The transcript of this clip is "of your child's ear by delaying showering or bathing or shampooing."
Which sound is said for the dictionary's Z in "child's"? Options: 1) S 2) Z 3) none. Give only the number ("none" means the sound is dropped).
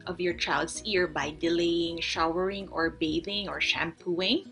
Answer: 1